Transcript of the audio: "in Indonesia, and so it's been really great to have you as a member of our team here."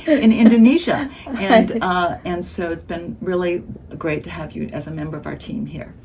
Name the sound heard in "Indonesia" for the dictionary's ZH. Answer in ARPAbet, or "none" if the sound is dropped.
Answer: ZH